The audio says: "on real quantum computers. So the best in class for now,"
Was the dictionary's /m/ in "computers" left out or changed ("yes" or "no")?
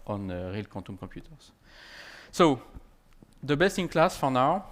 yes